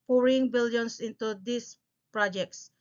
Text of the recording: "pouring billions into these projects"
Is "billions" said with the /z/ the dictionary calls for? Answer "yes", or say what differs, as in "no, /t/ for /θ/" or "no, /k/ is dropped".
no, /s/ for /z/